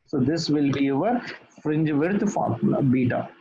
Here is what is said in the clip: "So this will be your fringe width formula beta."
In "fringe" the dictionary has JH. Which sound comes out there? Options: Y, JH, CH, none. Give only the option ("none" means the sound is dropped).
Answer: JH